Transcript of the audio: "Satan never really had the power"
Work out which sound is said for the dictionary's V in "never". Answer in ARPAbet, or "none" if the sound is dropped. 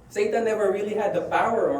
V